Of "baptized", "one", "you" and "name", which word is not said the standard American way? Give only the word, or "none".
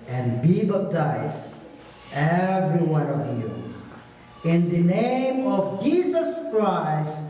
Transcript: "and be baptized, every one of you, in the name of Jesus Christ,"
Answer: baptized